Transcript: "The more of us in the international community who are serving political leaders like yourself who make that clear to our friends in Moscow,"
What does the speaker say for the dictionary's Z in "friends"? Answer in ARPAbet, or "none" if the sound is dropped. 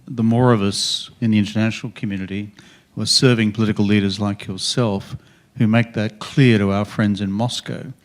Z